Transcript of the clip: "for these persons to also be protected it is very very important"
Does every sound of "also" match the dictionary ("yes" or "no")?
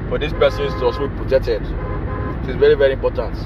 no